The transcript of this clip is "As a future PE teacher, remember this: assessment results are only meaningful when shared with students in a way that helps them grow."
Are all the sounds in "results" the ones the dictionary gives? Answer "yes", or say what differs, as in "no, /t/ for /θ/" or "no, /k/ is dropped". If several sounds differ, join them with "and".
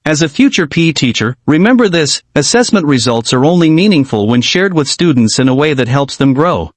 yes